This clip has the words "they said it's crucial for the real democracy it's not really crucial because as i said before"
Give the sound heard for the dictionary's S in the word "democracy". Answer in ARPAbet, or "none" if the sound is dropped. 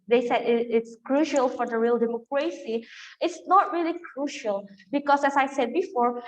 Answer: S